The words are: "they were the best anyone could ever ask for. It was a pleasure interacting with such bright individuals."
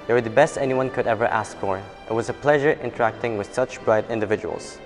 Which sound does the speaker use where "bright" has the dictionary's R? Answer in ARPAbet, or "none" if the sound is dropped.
R